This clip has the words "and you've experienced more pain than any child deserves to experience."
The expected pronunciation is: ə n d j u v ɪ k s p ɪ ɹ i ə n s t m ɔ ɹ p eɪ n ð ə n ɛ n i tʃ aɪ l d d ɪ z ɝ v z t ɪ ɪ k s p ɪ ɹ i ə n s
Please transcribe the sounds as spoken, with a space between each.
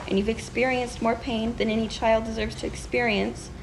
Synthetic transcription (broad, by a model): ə n j u v ɪ k s p ɪ ɹ i ə n s t m ɔ ɹ p eɪ n ð ə n ɛ n i tʃ aɪ l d d ɪ z ɝ v z t ɪ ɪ k s p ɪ ɹ i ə n s